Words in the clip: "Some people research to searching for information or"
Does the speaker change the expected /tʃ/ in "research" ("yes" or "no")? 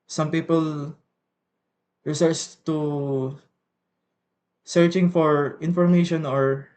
yes